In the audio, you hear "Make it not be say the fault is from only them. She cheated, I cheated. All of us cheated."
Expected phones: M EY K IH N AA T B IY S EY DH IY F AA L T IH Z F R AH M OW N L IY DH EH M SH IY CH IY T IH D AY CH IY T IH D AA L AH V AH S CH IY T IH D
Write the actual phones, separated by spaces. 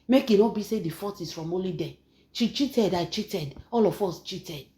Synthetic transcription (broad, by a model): M EY K IH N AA B IY S EY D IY F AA T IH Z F R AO M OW L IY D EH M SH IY CH IY T IH D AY CH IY T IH D AA L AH F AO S CH IY T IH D